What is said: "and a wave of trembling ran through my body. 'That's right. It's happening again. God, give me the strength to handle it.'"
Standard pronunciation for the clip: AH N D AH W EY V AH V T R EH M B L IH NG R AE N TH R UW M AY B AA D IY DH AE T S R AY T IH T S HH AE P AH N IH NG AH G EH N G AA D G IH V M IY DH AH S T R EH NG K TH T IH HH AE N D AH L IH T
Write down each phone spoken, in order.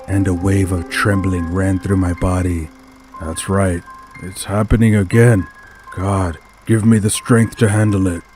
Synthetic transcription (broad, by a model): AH N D AH W EY V AH V T R EH M B L IH NG R AE N TH R UW M AY B AA D IY DH AE T S R AY T IH T S HH AE P AH N IH NG AH G EH N G AA D G IH V M IY DH AH S T R EH NG K TH T IH HH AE N D L IH T